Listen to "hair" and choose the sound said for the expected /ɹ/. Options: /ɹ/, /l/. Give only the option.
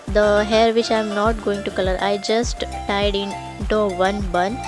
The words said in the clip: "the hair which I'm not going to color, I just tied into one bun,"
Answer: /ɹ/